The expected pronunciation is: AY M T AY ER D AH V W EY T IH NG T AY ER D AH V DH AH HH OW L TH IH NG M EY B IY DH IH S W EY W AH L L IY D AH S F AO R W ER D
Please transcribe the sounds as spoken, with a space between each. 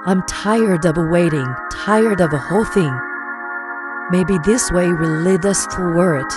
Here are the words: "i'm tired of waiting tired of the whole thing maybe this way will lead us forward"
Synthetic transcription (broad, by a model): AY M T AY ER D AH V W EY T IH NG T AY ER D AH V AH HH OW L TH IH NG M EY B IY DH IH S W EY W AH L L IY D AH S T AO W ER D